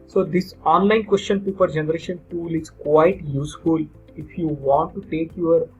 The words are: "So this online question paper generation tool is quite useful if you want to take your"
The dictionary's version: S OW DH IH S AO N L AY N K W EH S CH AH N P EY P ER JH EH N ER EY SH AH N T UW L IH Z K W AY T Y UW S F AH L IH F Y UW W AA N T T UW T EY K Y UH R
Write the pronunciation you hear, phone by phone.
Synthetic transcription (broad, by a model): S OW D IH S AO N L AY N K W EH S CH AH N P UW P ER JH EH N ER EY SH AH N T UW L IH Z K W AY T Y UW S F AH L IH F Y UW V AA N T T UW T EY K Y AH R